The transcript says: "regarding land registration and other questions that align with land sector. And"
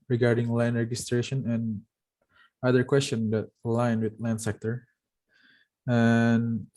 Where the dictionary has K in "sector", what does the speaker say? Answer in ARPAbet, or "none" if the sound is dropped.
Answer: K